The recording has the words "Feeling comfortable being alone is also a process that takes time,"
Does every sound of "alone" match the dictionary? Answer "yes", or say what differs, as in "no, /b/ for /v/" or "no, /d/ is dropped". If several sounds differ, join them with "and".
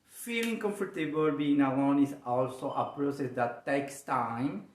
no, /l/ is dropped